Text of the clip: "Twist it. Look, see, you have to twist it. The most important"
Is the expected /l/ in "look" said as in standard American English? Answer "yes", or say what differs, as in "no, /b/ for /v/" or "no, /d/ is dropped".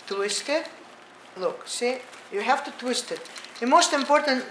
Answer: yes